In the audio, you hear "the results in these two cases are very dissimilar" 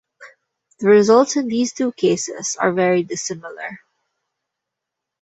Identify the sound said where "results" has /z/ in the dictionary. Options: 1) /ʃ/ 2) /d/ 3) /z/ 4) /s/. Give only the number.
3